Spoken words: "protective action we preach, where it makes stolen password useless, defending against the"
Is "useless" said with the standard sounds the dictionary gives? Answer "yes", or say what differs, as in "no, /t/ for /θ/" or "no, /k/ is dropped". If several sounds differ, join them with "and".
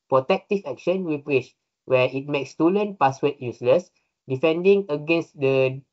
yes